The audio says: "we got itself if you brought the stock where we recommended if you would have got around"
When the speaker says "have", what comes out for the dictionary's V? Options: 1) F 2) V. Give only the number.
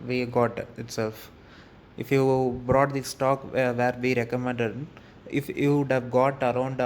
2